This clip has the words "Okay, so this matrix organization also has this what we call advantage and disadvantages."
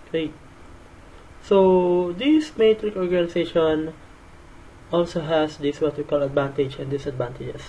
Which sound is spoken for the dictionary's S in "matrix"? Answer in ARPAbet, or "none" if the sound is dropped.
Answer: none